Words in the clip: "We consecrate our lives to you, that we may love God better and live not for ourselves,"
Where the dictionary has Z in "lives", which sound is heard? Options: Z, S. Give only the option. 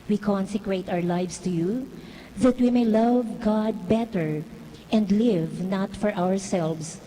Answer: S